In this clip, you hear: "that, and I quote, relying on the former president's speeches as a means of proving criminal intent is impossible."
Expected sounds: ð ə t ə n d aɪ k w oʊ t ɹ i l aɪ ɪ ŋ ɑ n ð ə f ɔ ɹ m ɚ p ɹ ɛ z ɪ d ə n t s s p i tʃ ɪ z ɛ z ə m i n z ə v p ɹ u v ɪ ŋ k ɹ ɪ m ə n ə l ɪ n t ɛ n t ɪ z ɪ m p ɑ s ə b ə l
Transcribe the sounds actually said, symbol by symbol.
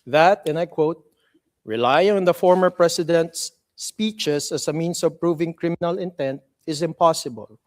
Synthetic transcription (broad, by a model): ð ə t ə n aɪ k w oʊ t ɹ i l aɪ ɪ ŋ ɑ n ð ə f ɔ ɹ m ɚ p ɹ ɛ s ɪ d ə n t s s p i tʃ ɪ s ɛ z ə m i n s ə v p ɹ u v ɪ ŋ k ɹ ɪ m ə n ə l ɪ n t ɛ n t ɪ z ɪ m p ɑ s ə b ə l